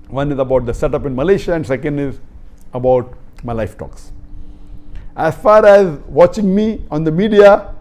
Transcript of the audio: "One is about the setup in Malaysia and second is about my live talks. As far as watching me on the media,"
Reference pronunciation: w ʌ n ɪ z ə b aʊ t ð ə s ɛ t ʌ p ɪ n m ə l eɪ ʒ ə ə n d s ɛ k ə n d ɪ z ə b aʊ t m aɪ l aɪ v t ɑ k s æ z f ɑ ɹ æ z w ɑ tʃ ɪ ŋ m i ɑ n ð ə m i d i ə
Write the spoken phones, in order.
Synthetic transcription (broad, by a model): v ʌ n ɪ z ə b aʊ t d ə s ɛ t ʌ p ɪ n m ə l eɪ ʃ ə ə n d s ɛ k ə n d ɪ z ə b aʊ t m aɪ l aɪ f t ɑ k s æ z f ɑ ɹ æ z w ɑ tʃ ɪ ŋ m i ɑ n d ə m i d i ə